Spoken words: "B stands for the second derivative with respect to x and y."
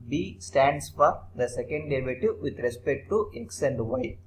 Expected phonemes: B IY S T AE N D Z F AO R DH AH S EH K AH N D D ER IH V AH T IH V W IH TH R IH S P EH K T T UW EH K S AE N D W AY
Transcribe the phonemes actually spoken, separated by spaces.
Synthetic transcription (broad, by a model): B IY S T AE N D S F AO R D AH S EH K AH N D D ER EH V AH T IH V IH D R IH S P EH K T T UW EH K S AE N D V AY